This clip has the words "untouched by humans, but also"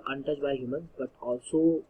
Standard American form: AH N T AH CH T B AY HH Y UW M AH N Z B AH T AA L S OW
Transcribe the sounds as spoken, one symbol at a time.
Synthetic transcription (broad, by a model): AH N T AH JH B AY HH Y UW M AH N B AH T AA L S OW